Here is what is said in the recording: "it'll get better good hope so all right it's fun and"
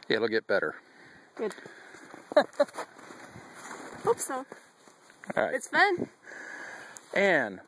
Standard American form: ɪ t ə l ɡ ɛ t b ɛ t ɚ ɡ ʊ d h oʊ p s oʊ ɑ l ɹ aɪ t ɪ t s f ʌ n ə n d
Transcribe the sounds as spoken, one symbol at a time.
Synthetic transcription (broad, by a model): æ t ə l ɡ ɛ t b ɛ t ɚ ɡ ʊ d h oʊ p s oʊ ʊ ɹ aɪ ɪ t s f ʌ n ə n